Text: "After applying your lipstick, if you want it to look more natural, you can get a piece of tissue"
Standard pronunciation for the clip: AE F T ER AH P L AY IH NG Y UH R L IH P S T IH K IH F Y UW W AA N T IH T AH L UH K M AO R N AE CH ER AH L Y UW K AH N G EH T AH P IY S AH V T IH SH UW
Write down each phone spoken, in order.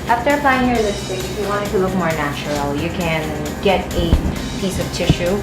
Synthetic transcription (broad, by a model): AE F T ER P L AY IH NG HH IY R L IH S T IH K IH F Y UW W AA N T IH T AH L UH K M AO R N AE CH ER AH L Y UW K AH N G EH T AH P IY S AH V T IH SH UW